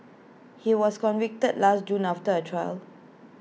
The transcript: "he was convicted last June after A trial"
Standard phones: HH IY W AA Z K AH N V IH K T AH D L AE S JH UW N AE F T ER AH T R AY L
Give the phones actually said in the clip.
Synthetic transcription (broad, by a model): HH IY W AA S K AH N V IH K T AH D L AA S JH UW N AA F T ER AH T R AY L